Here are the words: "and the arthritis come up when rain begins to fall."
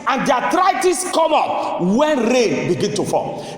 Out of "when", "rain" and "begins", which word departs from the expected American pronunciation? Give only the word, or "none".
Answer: begins